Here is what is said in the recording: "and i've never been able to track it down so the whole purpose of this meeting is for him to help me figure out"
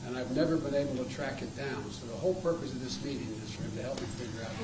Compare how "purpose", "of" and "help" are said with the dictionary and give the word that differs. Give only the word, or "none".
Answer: none